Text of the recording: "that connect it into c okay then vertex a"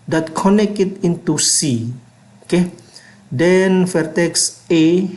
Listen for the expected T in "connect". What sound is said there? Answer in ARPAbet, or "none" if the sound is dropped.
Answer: none